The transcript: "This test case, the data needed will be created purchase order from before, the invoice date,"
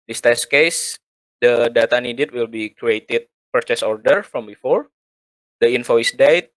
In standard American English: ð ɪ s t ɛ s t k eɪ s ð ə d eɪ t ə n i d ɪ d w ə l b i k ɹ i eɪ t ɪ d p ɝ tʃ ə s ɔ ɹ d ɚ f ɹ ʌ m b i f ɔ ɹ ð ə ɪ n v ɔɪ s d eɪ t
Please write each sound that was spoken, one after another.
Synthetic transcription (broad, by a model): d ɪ s t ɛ s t k eɪ s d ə d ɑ t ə n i d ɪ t w ə l b i k ɹ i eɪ t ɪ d p ɝ tʃ ə s ɔ ɹ d ɚ f ɹ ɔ m b i f ɔ ɹ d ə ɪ n f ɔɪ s d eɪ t